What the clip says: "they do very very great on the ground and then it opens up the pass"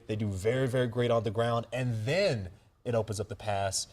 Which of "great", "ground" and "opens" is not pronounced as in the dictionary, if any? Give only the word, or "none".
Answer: none